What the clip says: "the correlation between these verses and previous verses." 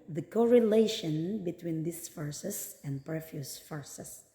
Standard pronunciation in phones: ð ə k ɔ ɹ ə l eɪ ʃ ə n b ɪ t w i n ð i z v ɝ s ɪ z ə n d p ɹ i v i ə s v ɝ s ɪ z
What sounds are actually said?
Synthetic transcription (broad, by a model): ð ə k ɔ ɹ ə l eɪ ʃ ə n b ɪ t w i n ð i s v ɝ s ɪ s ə n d p ɹ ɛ f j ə s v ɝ s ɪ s